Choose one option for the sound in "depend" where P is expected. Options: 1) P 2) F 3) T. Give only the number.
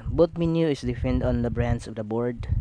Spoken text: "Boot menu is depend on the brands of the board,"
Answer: 2